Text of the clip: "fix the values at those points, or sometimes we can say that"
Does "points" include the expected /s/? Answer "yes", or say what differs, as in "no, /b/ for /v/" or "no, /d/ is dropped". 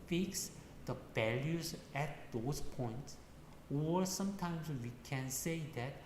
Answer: yes